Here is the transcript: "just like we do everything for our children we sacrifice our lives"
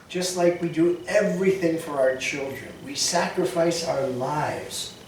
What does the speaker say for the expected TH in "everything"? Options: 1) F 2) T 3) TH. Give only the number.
3